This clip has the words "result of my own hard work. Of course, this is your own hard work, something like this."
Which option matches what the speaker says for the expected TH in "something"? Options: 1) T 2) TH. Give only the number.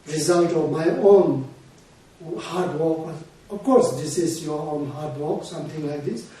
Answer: 1